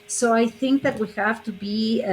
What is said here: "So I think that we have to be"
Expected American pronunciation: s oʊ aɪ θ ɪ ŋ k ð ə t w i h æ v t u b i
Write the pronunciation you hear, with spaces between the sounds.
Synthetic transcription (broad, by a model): s oʊ aɪ θ ɪ ŋ k ð ə t w i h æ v t u b i